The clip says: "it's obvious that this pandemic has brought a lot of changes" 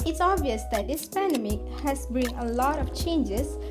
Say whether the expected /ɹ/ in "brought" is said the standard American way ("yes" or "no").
no